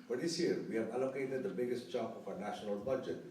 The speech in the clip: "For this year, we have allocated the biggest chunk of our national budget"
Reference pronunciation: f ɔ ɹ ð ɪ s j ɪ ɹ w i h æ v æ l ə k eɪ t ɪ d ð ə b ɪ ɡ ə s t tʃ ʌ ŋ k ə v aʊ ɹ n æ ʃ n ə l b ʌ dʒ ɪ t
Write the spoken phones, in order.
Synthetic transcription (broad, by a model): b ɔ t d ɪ s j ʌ ɹ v i h æ v æ l ə k eɪ t ɪ d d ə b ɪ ɡ ə s t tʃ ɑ k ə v aʊ ɹ n æ ʃ n ə l b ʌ dʒ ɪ t